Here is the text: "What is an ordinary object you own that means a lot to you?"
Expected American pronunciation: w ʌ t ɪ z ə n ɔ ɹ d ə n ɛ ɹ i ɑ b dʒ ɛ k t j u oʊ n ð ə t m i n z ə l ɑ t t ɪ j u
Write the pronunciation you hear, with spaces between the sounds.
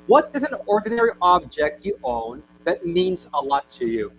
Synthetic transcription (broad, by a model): w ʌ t ɪ z ə n ɔ ɹ d n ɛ ɹ i ɑ b dʒ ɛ k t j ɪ oʊ n ð ə t m i n z ə l ɑ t t ɪ j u